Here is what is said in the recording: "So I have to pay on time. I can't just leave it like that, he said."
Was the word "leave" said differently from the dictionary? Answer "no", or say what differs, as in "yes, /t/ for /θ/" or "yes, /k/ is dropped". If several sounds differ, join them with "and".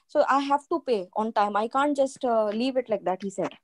no